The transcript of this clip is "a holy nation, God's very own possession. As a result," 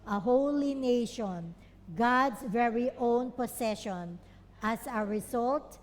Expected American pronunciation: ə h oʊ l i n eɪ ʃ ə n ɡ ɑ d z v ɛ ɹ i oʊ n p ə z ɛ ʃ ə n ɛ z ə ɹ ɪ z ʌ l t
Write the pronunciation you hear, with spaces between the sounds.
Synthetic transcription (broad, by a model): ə h oʊ l i n eɪ ʃ ə n ɡ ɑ d s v ɛ ɹ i oʊ n p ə s ɛ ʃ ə n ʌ s ə ɹ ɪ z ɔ l t